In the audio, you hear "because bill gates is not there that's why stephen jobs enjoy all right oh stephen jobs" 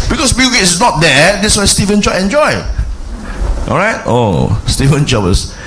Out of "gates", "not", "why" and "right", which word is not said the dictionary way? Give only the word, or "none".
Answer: gates